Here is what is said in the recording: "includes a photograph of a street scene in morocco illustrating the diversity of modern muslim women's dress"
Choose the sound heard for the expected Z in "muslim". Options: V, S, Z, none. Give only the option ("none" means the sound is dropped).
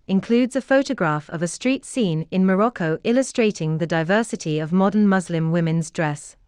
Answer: Z